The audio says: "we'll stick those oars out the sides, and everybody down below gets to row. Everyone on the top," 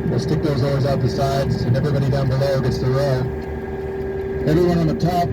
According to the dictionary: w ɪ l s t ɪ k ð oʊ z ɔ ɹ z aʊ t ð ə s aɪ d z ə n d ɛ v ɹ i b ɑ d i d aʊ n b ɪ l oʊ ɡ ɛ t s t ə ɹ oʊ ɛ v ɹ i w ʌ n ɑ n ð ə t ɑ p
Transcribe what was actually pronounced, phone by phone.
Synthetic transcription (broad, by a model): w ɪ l s t ɪ k ð oʊ z ɔ ɹ z aʊ t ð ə s aɪ d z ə n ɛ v ɹ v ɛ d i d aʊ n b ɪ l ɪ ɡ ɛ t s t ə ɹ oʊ ɛ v ɹ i w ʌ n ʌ n ð ə t ɑ p